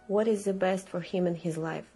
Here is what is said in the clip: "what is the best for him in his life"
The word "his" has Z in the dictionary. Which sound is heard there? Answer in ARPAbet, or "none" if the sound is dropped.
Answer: Z